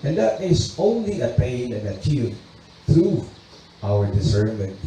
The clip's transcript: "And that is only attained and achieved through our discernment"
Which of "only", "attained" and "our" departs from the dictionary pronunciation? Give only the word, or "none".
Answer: attained